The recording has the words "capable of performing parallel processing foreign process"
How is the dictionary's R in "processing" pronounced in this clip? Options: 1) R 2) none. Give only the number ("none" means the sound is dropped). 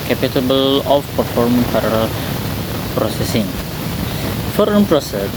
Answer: 1